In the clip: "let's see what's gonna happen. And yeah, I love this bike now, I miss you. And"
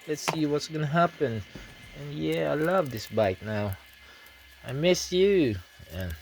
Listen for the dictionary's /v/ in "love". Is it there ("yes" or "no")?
yes